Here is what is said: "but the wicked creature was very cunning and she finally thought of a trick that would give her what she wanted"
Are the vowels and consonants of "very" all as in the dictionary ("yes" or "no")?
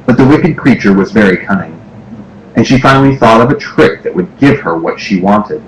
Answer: yes